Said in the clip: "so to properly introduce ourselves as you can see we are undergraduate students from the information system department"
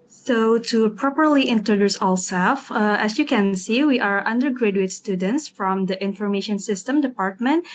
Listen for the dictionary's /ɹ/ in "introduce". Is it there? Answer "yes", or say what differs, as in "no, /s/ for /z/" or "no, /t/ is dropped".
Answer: yes